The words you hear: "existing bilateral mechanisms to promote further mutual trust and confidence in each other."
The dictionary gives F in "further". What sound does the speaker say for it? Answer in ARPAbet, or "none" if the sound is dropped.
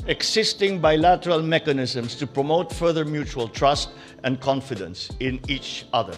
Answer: F